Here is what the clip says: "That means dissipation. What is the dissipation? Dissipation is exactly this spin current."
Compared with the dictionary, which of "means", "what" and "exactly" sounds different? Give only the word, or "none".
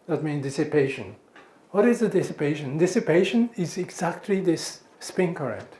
means